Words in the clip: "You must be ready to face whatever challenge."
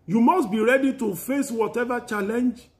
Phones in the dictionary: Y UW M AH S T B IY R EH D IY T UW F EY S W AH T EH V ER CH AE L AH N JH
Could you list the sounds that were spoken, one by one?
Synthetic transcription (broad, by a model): Y UW M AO S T B IY R EH D IY T UW F EY S W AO T EH V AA CH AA L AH N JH